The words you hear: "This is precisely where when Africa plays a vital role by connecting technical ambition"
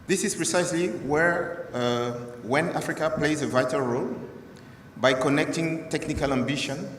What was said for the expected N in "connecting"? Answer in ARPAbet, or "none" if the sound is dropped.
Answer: N